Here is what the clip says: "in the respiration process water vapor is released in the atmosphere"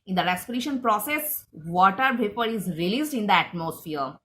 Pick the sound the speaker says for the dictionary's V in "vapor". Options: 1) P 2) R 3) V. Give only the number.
1